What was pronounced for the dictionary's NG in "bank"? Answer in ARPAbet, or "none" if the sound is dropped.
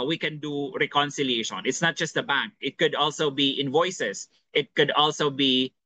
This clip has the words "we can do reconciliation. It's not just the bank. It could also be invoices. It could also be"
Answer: NG